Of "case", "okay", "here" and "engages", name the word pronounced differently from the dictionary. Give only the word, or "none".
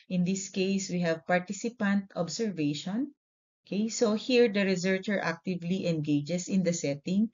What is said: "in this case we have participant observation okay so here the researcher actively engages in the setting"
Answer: engages